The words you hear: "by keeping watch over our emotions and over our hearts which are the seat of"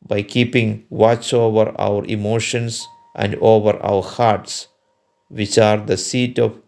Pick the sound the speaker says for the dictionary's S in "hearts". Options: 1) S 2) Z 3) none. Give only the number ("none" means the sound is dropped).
1